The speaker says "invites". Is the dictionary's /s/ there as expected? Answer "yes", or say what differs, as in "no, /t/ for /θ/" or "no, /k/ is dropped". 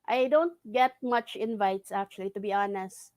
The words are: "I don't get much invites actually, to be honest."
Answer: yes